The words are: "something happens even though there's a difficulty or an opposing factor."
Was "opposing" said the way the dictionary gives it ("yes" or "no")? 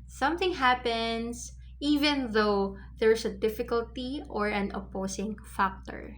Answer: no